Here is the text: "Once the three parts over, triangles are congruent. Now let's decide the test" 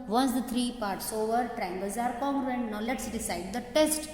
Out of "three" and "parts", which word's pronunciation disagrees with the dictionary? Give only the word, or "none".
three